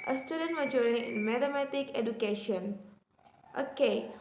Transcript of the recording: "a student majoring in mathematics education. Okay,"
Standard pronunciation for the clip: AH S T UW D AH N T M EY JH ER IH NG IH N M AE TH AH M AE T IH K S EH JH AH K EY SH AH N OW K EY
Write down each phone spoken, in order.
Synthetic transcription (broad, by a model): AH S T UW D AH N T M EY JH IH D IH N M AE T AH M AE T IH K EH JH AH K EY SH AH N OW K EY